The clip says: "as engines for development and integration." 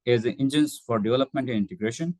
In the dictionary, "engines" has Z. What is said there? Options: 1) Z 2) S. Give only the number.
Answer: 2